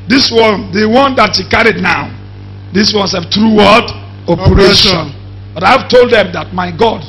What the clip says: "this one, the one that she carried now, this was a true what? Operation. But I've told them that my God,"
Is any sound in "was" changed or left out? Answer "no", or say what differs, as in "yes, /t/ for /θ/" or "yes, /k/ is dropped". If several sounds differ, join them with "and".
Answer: yes, /s/ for /z/